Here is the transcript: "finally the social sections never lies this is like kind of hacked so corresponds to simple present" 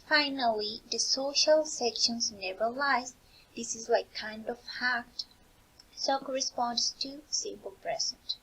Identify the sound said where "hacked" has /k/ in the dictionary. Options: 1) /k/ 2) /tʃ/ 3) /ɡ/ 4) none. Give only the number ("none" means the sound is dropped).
4